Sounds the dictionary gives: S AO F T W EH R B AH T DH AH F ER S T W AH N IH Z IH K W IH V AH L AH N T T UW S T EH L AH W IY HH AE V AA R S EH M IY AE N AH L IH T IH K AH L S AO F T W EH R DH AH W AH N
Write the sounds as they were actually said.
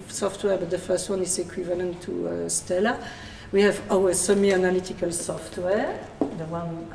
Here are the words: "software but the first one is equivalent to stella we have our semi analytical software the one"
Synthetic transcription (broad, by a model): S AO F T W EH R B AH T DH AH F ER S T W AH N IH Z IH K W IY V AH L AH N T T UW S T EH L AH W IY HH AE V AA W S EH M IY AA N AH L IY T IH K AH L S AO F T W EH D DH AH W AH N